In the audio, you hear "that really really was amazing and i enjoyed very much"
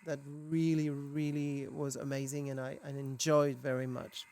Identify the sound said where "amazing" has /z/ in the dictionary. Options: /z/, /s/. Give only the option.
/z/